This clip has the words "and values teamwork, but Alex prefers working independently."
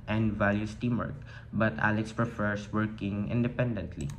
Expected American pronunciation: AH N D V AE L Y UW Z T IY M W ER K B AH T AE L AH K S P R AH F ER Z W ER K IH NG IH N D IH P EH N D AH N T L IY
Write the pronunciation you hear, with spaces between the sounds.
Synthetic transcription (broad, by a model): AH N D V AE L Y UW S T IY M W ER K B AH T AE L AH K S P R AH F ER S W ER K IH NG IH N D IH P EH N D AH N T L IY